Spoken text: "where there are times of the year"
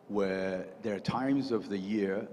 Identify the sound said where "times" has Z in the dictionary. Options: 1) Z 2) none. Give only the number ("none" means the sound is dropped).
1